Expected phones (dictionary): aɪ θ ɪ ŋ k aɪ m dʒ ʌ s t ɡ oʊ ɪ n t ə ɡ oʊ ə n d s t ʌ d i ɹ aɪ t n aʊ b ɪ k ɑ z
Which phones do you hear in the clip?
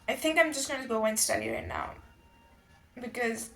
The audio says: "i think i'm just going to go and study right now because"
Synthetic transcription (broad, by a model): aɪ θ ɪ ŋ k aɪ m dʒ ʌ s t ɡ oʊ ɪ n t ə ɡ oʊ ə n s t ʌ d i ɹ aɪ t n aʊ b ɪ k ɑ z